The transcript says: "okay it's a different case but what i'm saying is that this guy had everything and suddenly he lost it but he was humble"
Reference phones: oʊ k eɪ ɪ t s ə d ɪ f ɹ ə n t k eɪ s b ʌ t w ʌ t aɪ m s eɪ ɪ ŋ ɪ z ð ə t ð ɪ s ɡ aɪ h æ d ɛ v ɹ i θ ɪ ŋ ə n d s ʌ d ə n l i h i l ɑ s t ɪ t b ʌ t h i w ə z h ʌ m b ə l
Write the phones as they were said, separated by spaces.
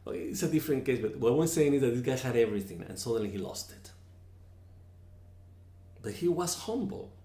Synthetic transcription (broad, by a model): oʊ ɪ t s ə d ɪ f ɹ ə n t k eɪ s b ʌ t w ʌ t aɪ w s eɪ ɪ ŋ ɪ z ð ə t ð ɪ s ɡ aɪ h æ d ɛ v ɹ i θ ɪ ŋ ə n s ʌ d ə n l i h i l ɑ s t ɪ t b ʌ t h i w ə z h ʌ m b l